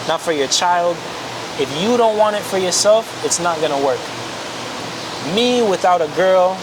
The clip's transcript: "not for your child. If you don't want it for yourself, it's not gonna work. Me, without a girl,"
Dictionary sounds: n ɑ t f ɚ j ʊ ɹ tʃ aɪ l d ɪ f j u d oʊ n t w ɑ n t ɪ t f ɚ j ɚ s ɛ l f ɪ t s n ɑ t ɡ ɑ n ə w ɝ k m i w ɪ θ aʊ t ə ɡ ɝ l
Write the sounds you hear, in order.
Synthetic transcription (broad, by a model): n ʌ t f ɚ j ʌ ɹ tʃ aɪ l d ɪ f j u d oʊ n t w ɑ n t ɪ t f ɚ j ɚ s ɛ l f ɪ t s n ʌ t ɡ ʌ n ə w ɝ k m i w ɪ θ aʊ t ə ɡ ɝ l